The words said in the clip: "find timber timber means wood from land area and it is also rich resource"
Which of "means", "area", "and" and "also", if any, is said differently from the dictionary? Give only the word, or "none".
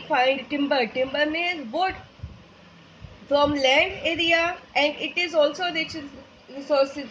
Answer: means